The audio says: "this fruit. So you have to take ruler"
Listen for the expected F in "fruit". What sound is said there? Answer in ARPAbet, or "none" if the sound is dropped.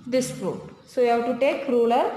P